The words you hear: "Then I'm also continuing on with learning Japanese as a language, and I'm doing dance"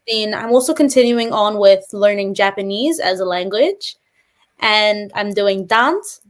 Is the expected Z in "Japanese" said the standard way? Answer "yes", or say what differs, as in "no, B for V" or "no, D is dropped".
yes